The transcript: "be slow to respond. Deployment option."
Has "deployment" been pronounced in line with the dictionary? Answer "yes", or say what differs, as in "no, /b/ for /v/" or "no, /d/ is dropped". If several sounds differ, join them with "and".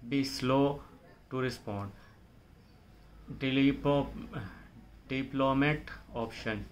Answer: no, /n/ is dropped